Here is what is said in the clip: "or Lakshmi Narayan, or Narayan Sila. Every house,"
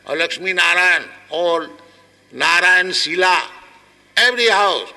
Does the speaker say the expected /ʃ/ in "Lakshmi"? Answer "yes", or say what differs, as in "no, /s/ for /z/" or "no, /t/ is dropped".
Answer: no, /s/ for /ʃ/